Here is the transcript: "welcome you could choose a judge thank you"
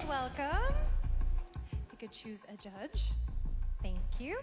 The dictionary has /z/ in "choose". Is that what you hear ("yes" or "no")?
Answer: yes